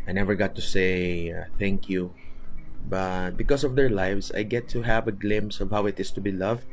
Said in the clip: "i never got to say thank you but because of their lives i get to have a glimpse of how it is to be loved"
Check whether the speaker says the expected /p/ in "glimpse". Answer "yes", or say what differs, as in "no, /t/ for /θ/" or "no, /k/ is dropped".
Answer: no, /p/ is dropped